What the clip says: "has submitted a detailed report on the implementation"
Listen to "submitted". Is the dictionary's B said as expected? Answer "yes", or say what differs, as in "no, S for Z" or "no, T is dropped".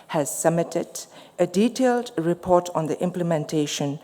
no, B is dropped